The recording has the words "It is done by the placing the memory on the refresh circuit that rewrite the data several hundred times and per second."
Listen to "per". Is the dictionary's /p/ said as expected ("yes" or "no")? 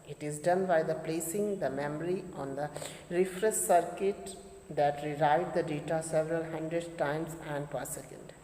yes